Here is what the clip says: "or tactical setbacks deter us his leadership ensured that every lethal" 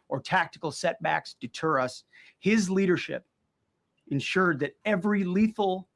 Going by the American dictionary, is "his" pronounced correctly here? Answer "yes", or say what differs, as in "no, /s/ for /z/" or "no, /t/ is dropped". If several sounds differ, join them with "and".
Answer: yes